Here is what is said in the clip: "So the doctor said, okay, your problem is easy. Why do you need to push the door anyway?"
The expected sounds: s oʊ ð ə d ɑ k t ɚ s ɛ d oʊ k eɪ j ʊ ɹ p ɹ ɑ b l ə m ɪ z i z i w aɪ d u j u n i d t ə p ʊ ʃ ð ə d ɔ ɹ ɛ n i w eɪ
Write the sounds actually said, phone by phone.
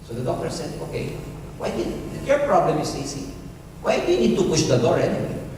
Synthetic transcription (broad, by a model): s oʊ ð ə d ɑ k t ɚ s ɛ d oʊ k eɪ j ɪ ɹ p ɹ ɑ b l ə m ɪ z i s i w aɪ d u j u n i d t ə p ʊ ʃ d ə d ɔ ɹ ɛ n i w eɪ